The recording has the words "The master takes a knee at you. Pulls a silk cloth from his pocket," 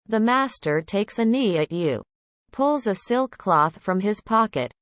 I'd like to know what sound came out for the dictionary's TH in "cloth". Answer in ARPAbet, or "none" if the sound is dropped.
TH